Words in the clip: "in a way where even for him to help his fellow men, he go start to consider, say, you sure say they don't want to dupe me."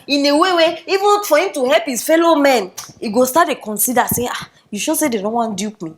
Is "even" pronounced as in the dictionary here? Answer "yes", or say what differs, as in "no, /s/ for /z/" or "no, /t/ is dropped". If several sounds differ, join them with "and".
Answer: yes